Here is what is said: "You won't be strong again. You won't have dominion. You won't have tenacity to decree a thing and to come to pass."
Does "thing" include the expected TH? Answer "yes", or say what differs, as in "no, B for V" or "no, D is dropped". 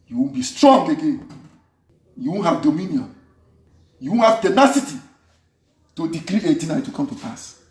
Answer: no, T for TH